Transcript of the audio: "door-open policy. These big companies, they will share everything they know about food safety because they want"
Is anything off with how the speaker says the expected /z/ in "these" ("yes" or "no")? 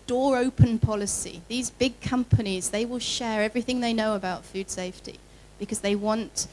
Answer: no